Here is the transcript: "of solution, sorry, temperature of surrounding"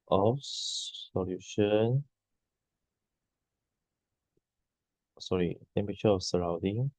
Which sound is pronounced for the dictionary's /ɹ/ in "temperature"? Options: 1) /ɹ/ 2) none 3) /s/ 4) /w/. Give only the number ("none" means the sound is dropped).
2